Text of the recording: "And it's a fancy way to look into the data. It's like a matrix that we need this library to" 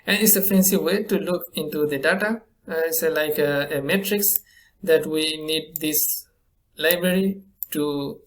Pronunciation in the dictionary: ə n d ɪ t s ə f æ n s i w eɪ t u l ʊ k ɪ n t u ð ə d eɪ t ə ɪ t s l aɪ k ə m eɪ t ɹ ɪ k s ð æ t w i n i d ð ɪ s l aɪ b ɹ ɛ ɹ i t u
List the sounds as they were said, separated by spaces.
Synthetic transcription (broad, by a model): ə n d ɪ t s ə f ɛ n s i w eɪ t u l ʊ k ɪ n t u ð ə d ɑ t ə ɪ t s l aɪ k ə m eɪ t ɹ ɪ k s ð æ t w i n i d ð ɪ s l aɪ b ɹ ɛ ɹ i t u